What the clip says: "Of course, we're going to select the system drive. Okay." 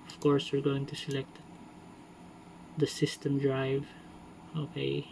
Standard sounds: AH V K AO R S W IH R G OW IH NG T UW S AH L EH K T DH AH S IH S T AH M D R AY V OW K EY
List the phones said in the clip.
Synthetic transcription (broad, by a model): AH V K AO R S W IH R G OW IH NG T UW S AH L EH K T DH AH S IH S T AH M D R AY V OW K EY